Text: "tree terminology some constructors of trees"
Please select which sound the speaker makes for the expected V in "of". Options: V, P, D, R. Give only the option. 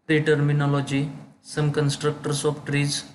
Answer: P